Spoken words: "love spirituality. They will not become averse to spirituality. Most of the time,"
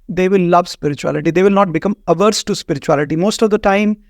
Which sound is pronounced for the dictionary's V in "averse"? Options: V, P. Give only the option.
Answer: V